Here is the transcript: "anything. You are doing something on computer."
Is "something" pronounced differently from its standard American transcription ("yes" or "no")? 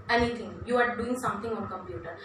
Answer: yes